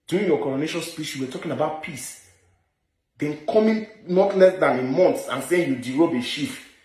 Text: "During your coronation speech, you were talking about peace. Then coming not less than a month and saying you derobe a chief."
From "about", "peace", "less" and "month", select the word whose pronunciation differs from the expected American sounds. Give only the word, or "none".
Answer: month